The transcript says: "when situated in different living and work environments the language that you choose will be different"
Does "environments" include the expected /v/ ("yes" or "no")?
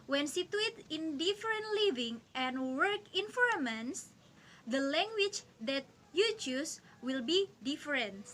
no